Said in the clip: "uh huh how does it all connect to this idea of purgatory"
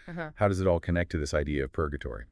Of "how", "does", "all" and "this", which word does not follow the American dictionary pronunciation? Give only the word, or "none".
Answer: none